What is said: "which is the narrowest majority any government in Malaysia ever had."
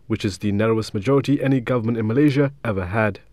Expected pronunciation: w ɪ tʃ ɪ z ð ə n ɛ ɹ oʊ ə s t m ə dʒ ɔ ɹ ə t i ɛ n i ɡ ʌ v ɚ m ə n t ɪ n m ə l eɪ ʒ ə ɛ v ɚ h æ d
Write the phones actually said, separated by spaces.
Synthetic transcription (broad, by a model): w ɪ tʃ ɪ z ð ə n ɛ ɹ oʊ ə s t m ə dʒ ɔ ɹ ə t i ɛ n i ɡ ʌ v ɚ m ə n t ɪ n m ə l eɪ ʒ ə ɛ v ɚ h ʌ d